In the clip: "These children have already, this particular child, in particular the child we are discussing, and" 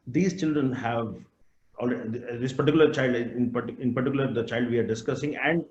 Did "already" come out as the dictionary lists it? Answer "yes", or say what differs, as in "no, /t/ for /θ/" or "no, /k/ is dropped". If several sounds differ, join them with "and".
no, /l/ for /ɹ/